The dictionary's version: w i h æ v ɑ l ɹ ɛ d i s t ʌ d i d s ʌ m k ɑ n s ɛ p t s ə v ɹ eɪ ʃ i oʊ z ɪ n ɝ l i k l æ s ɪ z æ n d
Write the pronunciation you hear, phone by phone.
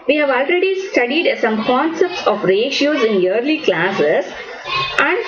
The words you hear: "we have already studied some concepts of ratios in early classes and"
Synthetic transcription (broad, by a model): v i h æ v ɑ l ɹ ɛ d i s t ʌ d i d s ʌ m k ɑ n s ɛ p t s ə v ɹ eɪ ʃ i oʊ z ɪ n ɝ l i k l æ s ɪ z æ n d